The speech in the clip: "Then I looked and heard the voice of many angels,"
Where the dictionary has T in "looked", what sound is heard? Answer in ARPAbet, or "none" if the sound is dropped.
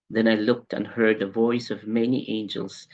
T